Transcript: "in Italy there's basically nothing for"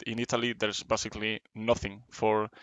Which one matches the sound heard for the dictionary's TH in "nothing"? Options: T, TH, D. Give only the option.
TH